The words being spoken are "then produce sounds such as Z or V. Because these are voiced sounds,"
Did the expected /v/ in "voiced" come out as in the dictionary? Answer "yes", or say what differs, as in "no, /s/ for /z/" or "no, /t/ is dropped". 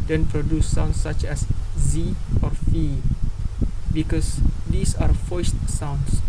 no, /f/ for /v/